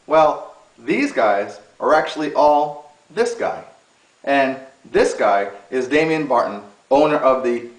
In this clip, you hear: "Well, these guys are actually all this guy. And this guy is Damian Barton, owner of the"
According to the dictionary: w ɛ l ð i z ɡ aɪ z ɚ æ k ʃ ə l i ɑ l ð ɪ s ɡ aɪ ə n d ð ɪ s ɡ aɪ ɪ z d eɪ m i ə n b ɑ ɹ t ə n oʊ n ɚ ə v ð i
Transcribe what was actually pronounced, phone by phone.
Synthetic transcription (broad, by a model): w ɛ l ð i z ɡ aɪ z ɚ æ k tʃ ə l i ɑ l ð ɪ s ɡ aɪ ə n ð ɪ s ɡ aɪ ɪ z d eɪ m i ə n b ɑ ɹ t n oʊ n ɚ ə v ð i